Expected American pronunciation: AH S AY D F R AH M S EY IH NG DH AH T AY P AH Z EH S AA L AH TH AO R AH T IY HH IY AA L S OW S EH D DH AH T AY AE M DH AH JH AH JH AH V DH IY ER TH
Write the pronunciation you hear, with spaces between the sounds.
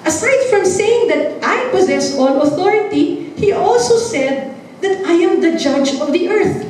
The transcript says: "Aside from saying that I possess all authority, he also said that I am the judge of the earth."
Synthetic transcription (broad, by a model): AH S AY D F R AH M S EY IH NG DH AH T AY P AH Z EH S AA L AH TH AO R AH T IY HH IY AA L S OW S EH D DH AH T AY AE M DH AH JH AH JH AH V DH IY ER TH